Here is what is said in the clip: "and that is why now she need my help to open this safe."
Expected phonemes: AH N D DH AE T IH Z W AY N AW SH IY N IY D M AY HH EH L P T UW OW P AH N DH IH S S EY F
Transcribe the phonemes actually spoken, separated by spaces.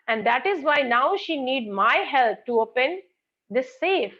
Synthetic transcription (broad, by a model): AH N D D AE T IH Z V AY N AW SH IY N IY D M AY HH EH L P T UW OW P AH N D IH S S EY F